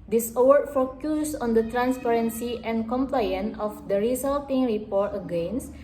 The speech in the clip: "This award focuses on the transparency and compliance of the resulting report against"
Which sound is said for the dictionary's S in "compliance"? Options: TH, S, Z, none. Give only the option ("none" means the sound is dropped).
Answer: none